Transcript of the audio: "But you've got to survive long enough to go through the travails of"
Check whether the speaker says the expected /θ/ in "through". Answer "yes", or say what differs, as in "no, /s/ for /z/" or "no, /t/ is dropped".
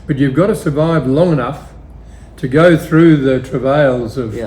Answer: yes